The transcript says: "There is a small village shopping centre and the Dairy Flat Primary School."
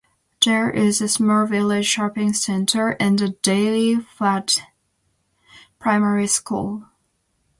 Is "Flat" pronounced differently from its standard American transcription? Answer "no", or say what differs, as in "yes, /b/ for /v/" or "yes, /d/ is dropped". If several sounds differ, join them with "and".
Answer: yes, /l/ is dropped